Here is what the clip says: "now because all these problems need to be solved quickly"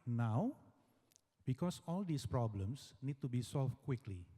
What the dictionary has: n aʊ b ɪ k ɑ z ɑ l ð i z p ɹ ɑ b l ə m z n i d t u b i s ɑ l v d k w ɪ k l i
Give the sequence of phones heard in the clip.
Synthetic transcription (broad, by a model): n aʊ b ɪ k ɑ s ɑ l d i s p ɹ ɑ b l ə m s n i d t u b i s ɑ l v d k w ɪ k l i